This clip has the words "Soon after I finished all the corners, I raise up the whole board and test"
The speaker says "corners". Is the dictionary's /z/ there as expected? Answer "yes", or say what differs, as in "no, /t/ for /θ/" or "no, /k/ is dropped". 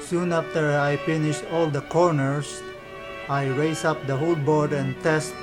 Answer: no, /s/ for /z/